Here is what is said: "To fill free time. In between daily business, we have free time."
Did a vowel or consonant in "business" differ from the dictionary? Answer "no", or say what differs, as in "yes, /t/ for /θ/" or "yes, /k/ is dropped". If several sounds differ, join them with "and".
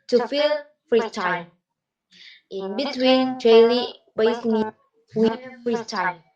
yes, /s/ is dropped